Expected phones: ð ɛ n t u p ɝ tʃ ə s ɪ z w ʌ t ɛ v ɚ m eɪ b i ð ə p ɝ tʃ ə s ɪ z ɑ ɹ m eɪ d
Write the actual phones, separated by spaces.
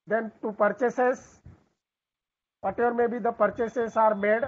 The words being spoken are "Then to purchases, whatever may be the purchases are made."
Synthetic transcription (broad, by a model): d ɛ n t u p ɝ tʃ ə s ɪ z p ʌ t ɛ ɚ m eɪ b i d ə p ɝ tʃ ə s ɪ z ɑ ɹ m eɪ d